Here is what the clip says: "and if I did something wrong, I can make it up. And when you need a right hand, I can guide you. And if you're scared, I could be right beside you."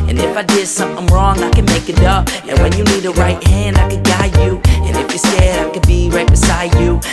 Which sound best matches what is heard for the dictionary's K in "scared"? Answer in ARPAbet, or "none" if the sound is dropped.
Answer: none